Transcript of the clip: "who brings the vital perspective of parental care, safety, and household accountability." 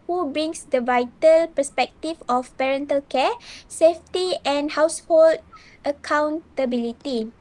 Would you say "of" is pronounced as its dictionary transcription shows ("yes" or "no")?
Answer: no